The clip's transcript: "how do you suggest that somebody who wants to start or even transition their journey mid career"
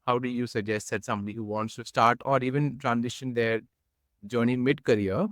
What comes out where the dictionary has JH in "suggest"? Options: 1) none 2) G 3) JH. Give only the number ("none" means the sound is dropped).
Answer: 3